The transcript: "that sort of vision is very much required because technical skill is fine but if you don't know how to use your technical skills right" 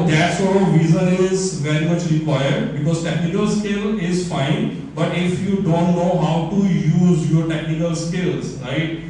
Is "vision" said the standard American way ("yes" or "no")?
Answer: no